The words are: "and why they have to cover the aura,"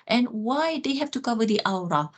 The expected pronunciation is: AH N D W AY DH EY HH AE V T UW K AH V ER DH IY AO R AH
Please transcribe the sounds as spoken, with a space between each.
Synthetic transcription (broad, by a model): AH N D W AY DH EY HH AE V T UW K AH V ER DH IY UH R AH